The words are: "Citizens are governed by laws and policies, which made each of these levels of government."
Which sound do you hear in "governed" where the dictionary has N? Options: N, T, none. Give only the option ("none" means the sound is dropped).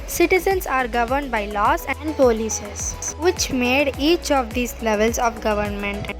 N